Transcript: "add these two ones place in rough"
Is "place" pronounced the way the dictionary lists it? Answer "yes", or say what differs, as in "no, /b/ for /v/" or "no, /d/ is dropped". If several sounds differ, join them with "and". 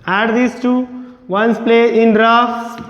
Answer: no, /s/ is dropped